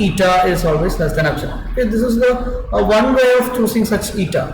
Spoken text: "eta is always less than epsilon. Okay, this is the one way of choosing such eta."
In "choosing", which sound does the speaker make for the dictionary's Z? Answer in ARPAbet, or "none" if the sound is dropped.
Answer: S